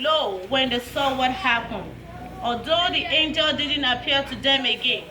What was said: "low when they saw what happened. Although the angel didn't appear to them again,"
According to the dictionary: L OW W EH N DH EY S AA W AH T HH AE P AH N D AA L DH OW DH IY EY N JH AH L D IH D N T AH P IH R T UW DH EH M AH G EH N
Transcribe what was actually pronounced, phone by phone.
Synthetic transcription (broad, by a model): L OW W EH N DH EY S AA W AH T HH AE P AH N D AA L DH OW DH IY EY N JH AH L D IH D N T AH P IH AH T UW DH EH M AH G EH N